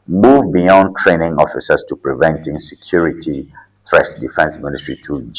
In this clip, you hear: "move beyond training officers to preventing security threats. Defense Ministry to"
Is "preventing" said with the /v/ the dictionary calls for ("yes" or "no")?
yes